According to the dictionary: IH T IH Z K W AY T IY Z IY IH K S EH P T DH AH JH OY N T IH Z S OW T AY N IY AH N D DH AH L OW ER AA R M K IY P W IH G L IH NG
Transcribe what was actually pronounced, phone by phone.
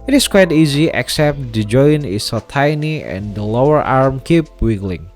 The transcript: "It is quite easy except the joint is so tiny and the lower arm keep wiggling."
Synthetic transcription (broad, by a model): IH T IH S K W AY T IY Z IY IH K S EH P T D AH JH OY N IH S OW T AY N IY AH N D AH L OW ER AA R M K IY P W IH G L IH NG